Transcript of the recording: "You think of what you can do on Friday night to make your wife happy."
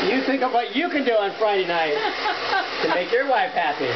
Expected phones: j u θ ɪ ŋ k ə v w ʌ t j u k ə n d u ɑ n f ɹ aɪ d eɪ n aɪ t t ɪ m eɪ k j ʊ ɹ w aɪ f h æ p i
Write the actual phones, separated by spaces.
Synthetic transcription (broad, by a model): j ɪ θ ɪ ŋ k ə v w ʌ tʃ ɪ k ə n d u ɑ n f ɹ aɪ d eɪ n aɪ t t ɪ m eɪ k j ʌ ɹ w aɪ f h æ p i